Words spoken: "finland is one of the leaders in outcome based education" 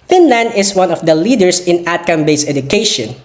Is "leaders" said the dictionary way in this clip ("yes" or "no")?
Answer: no